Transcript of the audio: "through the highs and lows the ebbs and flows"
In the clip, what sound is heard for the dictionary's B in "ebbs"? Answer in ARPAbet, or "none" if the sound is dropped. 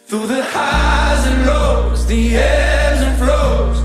none